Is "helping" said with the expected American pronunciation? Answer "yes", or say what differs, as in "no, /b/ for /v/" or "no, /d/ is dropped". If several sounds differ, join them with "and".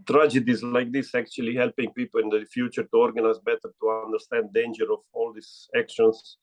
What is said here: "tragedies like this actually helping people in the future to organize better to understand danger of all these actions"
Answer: yes